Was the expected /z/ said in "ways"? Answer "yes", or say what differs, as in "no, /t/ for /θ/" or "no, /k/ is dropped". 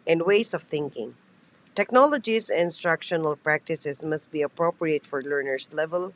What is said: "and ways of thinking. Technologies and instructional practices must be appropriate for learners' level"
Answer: no, /s/ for /z/